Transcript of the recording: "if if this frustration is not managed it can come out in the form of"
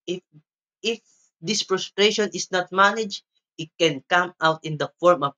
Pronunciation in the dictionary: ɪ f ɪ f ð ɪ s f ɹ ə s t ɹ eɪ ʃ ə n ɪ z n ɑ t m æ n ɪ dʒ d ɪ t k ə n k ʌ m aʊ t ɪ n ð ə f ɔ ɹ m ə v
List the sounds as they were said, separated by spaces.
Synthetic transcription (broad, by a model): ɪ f ɪ f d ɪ s p ɹ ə s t ɹ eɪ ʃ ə n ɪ s n ɑ t m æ n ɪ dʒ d ɪ t k ə n k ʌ m aʊ t ɪ n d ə f ɔ ɹ m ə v